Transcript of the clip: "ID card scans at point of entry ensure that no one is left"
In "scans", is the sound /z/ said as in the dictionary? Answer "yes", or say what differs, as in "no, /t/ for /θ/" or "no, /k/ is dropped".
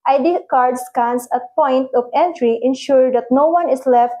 no, /s/ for /z/